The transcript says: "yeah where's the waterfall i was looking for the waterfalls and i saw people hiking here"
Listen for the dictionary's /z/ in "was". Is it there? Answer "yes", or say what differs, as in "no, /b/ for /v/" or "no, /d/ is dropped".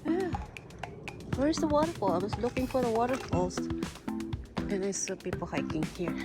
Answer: no, /s/ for /z/